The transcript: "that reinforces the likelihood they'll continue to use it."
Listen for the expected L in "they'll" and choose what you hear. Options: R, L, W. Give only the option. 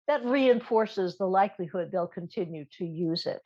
L